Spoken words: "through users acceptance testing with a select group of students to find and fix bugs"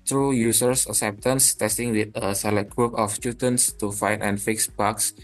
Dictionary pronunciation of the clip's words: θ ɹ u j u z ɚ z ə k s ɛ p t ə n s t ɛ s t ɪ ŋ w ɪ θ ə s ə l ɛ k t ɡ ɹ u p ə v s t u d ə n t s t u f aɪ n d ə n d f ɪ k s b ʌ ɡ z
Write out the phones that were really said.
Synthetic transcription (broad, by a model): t ɹ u j u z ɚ s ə s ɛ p t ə n s t ɛ s t ɪ ŋ w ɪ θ ə s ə l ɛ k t ɡ ɹ u p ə f s t u d ə n t s t u f aɪ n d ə n f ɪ k s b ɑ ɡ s